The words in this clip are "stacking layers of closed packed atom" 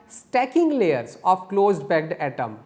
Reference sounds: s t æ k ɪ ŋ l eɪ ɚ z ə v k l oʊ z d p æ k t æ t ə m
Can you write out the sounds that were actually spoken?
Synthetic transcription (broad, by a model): s t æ k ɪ ŋ l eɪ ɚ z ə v k l oʊ z d b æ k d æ t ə m